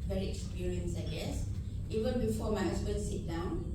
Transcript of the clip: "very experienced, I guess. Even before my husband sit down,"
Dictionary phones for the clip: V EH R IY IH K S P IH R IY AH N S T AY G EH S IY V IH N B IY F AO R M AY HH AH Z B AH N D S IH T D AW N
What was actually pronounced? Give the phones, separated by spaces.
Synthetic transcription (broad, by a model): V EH R IY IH K S P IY R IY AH N S AY G EH S IY V IH N B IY F AO M AY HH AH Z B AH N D S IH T D AW N